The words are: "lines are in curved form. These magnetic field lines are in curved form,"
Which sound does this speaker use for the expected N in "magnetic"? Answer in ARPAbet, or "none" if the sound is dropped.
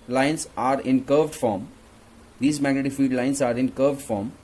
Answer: none